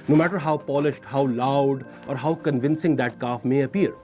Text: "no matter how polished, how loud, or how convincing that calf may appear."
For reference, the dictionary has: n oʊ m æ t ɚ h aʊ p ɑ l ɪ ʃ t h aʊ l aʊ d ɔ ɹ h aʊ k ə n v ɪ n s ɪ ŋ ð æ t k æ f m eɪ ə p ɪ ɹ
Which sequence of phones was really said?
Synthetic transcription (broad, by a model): n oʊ m æ t ɚ h aʊ p ɑ l ɪ ʃ t h aʊ l aʊ d ɔ ɹ h aʊ k ə n v ɪ n s ɪ ŋ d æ t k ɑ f m eɪ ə p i ɹ